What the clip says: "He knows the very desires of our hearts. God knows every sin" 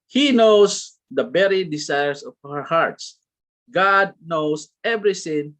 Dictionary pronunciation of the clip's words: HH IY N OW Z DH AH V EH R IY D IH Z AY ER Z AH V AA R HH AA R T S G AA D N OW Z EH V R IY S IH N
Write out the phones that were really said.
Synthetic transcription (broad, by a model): HH IY N OW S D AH B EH R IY D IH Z AY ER S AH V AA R HH AA R T S G AA D N OW S EH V R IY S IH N